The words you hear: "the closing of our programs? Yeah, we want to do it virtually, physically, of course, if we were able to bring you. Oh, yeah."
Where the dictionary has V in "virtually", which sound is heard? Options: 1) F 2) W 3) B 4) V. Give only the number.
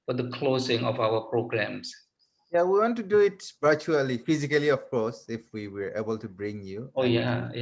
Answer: 3